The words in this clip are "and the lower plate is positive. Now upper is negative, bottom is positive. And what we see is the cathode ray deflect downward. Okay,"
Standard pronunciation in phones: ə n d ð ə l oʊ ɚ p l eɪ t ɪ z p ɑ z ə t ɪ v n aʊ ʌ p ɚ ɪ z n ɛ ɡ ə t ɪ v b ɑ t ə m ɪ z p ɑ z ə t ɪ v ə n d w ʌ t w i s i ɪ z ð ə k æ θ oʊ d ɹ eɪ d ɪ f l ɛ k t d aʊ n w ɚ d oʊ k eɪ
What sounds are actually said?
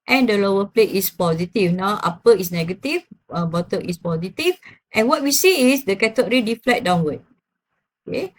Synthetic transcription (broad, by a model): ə n d ə l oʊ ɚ p l eɪ t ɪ s p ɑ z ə t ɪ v n aʊ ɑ p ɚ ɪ s n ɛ ɡ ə t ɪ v b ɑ t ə ɪ s p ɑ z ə t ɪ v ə n w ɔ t w i s i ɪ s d ə k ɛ t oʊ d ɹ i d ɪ f l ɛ t d aʊ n w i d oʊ k eɪ